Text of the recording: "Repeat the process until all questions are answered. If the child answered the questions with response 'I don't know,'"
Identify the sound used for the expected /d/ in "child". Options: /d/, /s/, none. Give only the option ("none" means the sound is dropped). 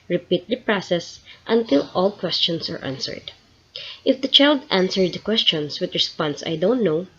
/d/